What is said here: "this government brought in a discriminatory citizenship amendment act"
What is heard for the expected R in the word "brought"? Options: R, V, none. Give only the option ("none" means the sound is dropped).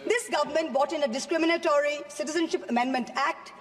none